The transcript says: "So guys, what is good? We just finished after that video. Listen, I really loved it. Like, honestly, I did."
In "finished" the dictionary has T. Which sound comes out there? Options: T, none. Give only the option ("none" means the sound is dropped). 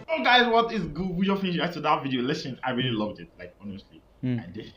none